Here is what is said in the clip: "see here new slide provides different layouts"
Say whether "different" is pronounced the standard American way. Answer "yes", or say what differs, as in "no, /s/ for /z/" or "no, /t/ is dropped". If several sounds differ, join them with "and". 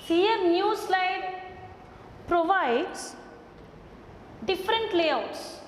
yes